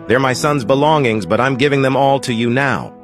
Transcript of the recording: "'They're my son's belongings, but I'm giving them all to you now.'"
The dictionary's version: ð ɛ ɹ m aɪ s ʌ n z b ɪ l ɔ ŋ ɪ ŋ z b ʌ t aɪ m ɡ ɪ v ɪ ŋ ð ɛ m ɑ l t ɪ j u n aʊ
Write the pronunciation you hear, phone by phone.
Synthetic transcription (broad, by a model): ð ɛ ɹ m aɪ s ʌ n z b ɪ l ɔ ŋ ɪ ŋ z b ʌ t aɪ m ɡ ɪ v ɪ ŋ ð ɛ m ɑ l t ɪ j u n aʊ